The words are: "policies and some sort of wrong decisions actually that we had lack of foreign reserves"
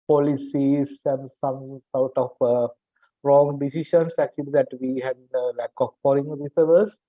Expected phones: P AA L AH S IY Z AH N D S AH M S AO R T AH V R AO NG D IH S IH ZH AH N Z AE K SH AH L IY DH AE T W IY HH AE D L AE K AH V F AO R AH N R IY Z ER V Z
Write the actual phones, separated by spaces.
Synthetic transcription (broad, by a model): P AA L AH S IY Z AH N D S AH M S AO R T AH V R AO NG D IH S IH SH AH N S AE K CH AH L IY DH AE T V IY HH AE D L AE K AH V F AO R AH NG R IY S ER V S